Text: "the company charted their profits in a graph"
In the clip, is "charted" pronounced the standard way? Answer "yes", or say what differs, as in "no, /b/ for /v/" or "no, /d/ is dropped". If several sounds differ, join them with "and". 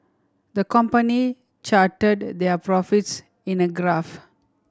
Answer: yes